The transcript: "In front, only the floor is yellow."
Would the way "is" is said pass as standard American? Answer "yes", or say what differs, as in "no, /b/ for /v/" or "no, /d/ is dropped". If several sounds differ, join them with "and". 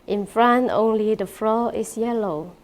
no, /s/ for /z/